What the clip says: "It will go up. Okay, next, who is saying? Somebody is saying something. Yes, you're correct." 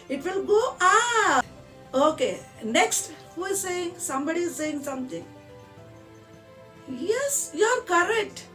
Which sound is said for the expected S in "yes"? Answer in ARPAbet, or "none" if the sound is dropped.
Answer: S